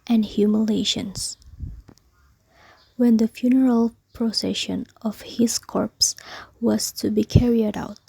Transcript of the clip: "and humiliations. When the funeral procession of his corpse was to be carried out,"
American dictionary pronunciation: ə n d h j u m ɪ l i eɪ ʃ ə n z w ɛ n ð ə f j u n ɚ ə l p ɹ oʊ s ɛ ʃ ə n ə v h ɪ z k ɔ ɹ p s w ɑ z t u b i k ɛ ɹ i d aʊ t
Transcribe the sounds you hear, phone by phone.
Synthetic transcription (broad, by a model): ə n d h j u m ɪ l eɪ ʃ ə n s w ɛ n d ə f j u n ɚ ə l p ɹ oʊ s ɛ ʃ ə n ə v h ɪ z k ɔ ɹ p s w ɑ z t u b i k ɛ ɹ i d aʊ t